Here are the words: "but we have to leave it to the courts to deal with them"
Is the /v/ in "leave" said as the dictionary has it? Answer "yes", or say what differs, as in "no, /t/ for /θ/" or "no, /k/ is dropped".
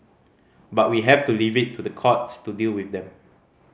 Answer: yes